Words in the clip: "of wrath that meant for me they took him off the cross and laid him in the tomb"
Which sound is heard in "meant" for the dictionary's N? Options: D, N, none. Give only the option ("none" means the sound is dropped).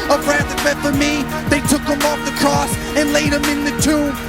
none